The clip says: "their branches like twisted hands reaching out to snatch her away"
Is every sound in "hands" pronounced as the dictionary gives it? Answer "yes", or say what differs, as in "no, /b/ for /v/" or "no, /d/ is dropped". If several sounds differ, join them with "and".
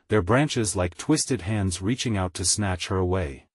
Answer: yes